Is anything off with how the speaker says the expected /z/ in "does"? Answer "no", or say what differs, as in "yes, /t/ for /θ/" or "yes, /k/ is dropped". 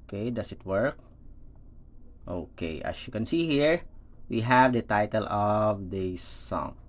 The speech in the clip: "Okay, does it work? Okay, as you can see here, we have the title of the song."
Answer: yes, /s/ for /z/